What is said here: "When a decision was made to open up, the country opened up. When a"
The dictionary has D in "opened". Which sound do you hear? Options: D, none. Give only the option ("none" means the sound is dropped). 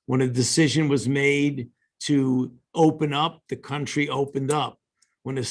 D